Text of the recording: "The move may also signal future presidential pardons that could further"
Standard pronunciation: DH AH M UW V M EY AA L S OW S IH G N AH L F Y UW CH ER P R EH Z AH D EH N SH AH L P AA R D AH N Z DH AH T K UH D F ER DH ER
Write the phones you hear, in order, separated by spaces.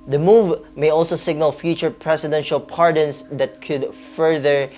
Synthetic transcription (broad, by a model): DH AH M UW V M EY AA L S OW S IH G N AH L F Y UW CH ER P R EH S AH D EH N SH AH L P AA R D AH N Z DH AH T K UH D F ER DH ER